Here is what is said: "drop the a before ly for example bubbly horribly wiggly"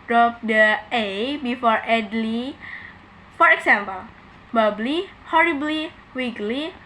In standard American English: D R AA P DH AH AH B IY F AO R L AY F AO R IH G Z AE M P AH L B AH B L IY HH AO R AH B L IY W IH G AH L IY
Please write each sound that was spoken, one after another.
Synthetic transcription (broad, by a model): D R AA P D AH AH B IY F AO R L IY F AO R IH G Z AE M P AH L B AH B L IY HH AO R AH B L IY W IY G L IY